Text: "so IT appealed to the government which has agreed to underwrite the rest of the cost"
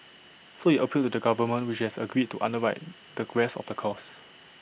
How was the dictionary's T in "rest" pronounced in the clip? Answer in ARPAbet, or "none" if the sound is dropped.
none